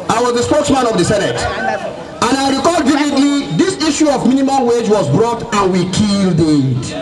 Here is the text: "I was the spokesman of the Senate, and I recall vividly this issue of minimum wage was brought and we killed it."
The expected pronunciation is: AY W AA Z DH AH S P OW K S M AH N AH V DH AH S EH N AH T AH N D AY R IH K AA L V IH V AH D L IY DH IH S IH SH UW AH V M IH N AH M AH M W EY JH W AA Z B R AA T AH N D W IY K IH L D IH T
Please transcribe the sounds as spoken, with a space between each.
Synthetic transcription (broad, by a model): AY W AA Z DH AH S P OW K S M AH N AH V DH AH S EH N AH T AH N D AY R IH K AA L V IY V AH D L IY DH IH S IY SH UW AH V M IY N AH M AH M W EY JH W AA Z B R AA T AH N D W IY K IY L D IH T